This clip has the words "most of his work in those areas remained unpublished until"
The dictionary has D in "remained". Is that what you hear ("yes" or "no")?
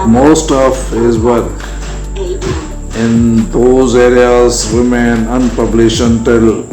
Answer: no